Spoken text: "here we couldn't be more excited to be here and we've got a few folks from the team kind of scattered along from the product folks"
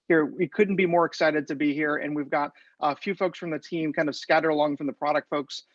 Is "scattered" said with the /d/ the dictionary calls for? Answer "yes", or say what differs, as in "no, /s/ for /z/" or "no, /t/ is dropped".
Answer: no, /d/ is dropped